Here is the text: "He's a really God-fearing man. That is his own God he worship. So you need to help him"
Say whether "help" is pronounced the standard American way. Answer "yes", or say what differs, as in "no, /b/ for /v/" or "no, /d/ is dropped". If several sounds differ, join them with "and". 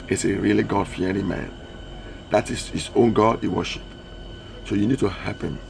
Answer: no, /l/ is dropped